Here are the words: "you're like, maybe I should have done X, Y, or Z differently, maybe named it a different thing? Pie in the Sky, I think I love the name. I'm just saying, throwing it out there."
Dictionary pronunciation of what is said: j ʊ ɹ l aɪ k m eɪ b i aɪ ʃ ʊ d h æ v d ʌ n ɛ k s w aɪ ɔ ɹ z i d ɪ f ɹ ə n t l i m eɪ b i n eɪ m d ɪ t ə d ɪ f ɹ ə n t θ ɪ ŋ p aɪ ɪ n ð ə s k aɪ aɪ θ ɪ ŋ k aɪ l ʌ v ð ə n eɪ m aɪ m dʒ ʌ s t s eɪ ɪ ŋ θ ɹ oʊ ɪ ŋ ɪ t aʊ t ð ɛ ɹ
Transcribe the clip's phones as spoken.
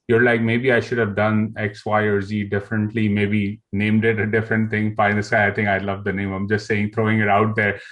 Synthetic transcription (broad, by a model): j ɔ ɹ l aɪ k m eɪ b i aɪ ʃ ʊ d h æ v d ʌ n ɛ k s w aɪ ɔ ɹ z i d ɪ f ɹ ə n t l i m eɪ b i n eɪ m d ɪ t ə d ɪ f ɹ ə n t ɪ ŋ f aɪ ɪ n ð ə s aɪ aɪ t ɪ ŋ k aɪ l ʌ v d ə n eɪ m aɪ m dʒ ʌ s t s eɪ ɪ ŋ t ɹ oʊ ɪ ŋ ɪ t aʊ t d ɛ ɹ